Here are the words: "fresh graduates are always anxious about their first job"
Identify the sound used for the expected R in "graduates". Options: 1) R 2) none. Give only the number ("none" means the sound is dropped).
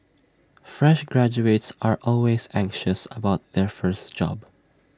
1